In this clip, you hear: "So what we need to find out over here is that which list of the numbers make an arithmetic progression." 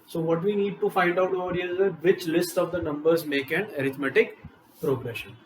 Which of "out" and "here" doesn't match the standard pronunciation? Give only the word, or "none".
here